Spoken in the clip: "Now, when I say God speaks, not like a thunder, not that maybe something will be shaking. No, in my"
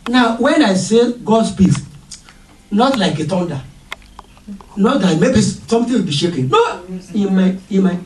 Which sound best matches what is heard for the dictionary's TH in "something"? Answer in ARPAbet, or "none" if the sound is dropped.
T